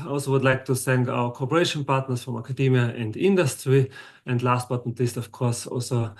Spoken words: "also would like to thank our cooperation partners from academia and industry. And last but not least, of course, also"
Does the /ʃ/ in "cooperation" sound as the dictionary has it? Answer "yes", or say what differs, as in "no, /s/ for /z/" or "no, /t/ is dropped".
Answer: yes